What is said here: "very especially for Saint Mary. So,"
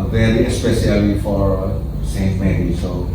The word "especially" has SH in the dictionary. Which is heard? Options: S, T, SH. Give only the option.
S